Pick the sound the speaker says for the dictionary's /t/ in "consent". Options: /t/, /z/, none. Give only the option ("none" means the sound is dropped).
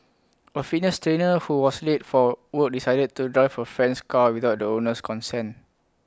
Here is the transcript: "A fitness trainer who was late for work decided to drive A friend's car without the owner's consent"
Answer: none